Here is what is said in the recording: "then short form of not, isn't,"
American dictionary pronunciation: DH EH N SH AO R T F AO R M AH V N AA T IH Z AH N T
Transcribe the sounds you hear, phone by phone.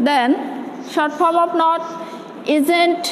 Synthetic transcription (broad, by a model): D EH N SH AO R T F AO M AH P N AA T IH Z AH N T